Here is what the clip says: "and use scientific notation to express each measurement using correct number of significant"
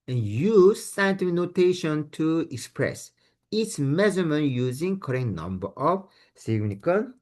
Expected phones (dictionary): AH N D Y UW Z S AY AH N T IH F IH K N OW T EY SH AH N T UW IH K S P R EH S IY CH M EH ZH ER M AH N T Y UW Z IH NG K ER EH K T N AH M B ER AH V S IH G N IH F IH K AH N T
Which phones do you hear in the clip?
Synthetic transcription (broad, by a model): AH N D Y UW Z S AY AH N T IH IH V N OW T EY SH AH N T UW IH K S P R EH S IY S M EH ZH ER M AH N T Y UW Z IH NG K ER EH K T N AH M B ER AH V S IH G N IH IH K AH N